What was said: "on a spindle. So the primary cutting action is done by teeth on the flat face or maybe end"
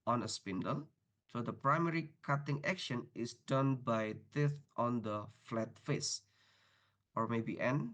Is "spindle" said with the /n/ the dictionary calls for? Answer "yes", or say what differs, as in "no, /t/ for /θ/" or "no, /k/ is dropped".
yes